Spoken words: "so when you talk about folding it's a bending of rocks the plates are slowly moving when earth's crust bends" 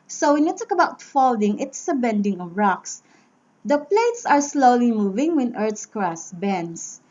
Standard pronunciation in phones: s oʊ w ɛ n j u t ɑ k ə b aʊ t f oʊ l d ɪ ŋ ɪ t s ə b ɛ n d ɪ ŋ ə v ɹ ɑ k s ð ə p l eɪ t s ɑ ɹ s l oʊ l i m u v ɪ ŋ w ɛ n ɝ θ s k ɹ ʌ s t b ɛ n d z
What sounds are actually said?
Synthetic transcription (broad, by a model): s oʊ w ɛ n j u t ɑ k ə b aʊ t f oʊ l d ɪ ŋ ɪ t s ə b ɛ n d ɪ ŋ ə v ɹ ɑ k s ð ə p l eɪ t s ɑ ɹ s l oʊ l i m u v ɪ ŋ w ɛ n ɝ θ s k ɹ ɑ s b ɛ n d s